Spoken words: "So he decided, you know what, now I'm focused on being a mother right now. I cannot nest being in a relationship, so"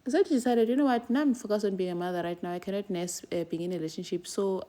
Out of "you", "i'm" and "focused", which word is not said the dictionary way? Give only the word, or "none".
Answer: focused